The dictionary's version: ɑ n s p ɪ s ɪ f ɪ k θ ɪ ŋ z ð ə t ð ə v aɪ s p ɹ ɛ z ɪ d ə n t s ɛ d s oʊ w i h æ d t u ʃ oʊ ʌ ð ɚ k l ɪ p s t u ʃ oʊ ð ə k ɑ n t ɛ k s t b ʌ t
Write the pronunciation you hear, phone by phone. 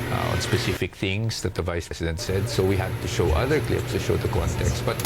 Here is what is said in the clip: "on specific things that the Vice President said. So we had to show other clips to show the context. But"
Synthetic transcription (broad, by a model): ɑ n s p ɪ s ɪ f ɪ k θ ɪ ŋ s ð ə t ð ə v aɪ s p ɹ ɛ s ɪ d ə n t s ɛ d s oʊ w i h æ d t u ʃ oʊ ʌ ð ɚ k l ɪ p s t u ʃ oʊ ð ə k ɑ n t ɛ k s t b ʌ t